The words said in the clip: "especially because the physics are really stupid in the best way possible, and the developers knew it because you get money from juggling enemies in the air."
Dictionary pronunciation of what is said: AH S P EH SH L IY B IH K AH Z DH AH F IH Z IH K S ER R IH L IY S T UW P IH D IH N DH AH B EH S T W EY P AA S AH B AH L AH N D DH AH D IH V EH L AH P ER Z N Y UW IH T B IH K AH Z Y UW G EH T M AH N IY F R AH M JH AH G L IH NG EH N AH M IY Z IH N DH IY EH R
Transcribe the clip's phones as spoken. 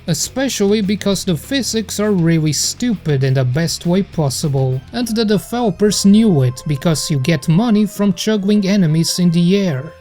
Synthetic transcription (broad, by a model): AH S P EH SH L IY B IH K AH Z DH AH F IH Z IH K S ER R IH L IY S T UW P IH D IH N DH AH B EH S T W EY P AA S AH B AH L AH N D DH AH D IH F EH L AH P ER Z N Y UW IH T B IH K AH Z Y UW G EH T M AH N IY F R AH M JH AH G L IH NG EH N AH M IY Z IH N DH IY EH R